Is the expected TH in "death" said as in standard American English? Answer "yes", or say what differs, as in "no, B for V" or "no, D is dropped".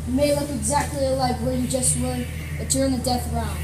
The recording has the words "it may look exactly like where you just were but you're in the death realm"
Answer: yes